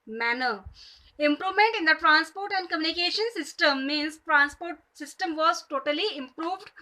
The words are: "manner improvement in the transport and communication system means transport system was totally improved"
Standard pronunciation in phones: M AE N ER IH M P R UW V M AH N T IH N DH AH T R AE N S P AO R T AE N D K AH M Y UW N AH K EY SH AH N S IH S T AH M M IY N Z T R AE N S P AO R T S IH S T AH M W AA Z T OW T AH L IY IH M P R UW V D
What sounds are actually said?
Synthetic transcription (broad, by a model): M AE N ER IH M P R UW V M AH N T IH N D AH T R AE N S P AO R T AE N D K AH M Y UW N AH K EY SH AH N S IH S T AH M M IY N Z T R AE N S P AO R T S IH S T AH M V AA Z T OW T AH L IY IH M P R UW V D